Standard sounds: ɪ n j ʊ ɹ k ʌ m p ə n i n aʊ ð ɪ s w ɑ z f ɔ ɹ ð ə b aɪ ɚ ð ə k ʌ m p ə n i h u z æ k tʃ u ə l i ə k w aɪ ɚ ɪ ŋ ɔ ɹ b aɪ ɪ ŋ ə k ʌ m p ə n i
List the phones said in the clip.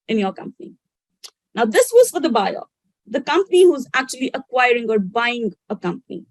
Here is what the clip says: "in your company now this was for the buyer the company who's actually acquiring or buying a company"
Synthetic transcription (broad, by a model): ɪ n j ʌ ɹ k ʌ m p ə n i n aʊ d ɪ s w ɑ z f ɔ ɹ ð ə b aɪ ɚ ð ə k ʌ m p ə n i h u z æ k tʃ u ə l i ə k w aɪ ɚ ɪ ŋ ɔ ɹ b aɪ ɪ ŋ ə k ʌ m p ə n i